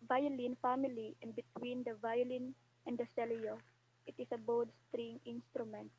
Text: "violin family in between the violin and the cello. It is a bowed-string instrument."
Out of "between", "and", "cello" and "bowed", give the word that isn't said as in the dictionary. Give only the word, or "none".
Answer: cello